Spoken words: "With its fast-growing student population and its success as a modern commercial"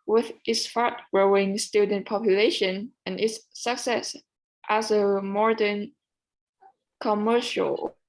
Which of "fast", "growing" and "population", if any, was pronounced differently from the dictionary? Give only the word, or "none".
fast